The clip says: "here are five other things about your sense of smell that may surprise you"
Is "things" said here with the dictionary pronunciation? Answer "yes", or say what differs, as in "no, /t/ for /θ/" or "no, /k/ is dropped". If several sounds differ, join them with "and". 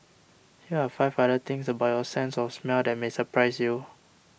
no, /t/ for /θ/ and /s/ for /z/